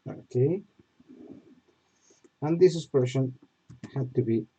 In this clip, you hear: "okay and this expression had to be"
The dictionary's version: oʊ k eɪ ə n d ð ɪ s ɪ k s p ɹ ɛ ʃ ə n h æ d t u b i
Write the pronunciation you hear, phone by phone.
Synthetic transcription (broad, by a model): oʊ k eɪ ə n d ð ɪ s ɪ s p ɛ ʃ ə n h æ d t u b i